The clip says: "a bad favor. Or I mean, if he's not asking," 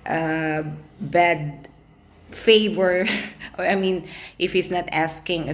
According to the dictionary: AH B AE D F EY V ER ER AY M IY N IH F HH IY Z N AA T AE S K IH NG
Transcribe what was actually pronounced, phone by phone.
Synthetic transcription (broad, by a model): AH B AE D F EY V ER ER AY M IY N IH F HH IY S N AA T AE S K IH NG